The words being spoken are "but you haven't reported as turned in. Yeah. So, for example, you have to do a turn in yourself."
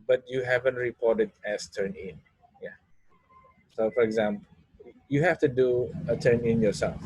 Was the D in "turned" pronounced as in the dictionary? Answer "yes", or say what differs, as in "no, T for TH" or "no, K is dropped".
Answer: no, D is dropped